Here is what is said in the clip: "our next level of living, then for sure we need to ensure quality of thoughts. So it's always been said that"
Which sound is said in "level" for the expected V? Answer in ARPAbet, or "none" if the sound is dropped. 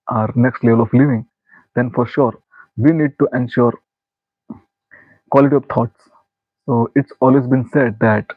V